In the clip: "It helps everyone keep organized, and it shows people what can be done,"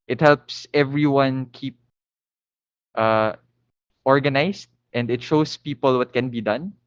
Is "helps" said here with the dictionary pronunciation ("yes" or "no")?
yes